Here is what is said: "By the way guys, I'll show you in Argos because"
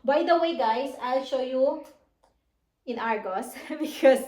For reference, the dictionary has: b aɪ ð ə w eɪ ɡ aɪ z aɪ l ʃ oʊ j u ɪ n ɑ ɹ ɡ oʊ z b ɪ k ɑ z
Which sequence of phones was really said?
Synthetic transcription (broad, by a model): b aɪ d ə w eɪ ɡ aɪ s aɪ l ʃ oʊ j u ɪ n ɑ ɹ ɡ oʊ s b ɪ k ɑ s